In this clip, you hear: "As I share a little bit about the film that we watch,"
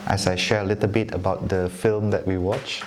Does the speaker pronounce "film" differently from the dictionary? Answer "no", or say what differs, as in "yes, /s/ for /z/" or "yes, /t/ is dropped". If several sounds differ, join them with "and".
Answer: no